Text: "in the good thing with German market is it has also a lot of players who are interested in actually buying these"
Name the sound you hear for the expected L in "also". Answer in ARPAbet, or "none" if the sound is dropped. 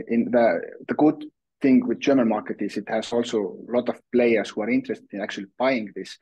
L